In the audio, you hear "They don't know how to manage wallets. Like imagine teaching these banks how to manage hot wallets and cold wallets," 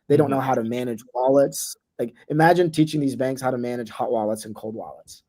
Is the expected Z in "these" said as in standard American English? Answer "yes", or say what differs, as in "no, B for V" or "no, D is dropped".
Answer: yes